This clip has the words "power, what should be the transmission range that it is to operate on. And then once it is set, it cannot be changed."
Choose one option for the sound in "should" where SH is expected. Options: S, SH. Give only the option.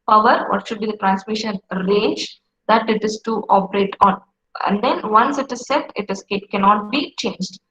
SH